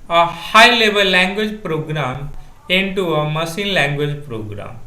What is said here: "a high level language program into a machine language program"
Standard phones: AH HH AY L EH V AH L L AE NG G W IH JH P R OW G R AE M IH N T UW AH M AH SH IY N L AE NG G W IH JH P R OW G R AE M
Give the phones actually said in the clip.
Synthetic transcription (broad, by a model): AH HH AY L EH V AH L L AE NG G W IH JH P R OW G R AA M IH N T UW AH M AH S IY N L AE NG G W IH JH P R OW G R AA M